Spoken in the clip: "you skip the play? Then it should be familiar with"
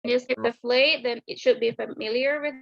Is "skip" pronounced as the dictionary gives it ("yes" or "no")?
no